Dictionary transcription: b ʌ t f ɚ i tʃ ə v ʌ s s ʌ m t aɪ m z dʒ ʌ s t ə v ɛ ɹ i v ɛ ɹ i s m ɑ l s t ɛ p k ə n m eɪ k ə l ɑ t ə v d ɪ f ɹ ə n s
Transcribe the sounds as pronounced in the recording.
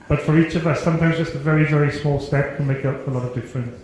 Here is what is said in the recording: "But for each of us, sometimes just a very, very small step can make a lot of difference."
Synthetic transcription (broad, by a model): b ʌ t f ɚ i tʃ ə v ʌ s s ʌ m t aɪ m z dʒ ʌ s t ə v ɛ ɹ i v ɛ ɹ i s m ɑ l s t ɛ p k ə n m eɪ k ə l ɑ t ə v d ɪ f ɹ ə n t